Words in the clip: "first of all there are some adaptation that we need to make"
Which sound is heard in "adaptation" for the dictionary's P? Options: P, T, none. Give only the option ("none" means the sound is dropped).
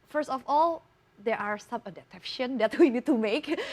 none